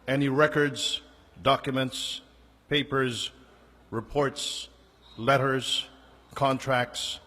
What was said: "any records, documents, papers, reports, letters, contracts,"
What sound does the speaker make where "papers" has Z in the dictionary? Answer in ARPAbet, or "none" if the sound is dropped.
Z